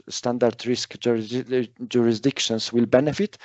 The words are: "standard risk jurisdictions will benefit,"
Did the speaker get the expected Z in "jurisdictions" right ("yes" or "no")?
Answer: no